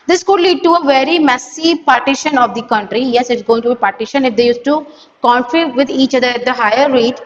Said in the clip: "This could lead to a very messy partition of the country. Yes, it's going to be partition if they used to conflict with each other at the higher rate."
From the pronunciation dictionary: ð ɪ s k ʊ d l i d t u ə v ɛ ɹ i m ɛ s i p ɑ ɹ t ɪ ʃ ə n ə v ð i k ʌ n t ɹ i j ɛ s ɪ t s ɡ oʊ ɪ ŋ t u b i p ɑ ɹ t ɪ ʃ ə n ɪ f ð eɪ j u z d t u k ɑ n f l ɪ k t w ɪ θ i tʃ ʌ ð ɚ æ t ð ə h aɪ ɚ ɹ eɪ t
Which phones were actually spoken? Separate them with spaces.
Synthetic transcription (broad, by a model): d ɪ s k ʊ d l i d t u ə v ɛ ɹ i m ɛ s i p ɑ ɹ t ɪ ʃ ə n ə v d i k ʌ n t ɹ i j ɛ s ɪ t s ɡ oʊ ɪ ŋ t u b i p ɑ ɹ t ɪ ʃ ə n ɪ f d eɪ j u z t u k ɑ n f ɪ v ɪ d i tʃ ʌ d ɚ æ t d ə h aɪ ɚ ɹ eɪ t